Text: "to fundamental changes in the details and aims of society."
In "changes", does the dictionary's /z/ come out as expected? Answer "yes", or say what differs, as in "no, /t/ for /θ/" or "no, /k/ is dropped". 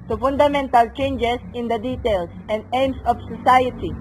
no, /s/ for /z/